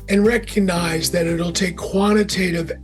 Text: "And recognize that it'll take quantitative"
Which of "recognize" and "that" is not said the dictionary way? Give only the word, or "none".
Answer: none